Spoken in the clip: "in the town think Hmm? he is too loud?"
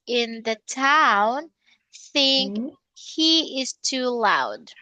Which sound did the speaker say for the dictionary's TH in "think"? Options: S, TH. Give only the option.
TH